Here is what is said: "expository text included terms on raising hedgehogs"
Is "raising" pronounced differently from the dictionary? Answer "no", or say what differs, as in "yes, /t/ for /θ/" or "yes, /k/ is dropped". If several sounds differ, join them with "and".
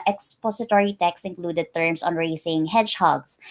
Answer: yes, /s/ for /z/